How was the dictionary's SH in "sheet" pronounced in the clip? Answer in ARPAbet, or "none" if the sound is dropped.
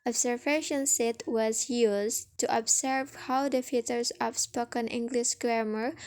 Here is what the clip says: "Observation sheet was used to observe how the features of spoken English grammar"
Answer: S